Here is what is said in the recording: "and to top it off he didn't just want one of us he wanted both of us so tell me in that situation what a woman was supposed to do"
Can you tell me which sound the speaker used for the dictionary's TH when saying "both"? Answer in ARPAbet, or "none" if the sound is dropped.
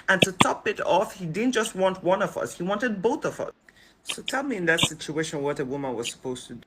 TH